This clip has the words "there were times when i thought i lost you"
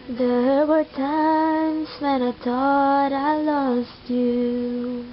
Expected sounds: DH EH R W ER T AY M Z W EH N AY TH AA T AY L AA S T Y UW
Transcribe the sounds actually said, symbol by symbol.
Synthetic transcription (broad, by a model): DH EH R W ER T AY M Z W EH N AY T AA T AY L AA S T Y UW